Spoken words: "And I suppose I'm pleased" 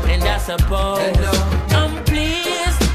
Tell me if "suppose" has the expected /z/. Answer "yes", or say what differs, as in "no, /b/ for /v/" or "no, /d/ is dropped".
no, /z/ is dropped